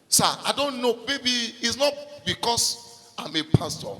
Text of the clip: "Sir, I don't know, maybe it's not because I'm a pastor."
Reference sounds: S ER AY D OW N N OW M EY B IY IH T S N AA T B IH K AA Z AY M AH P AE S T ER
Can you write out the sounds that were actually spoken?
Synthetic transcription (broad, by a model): S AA AY D OW N N OW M EY B IY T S N AA T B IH K AA S AY M AH P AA S T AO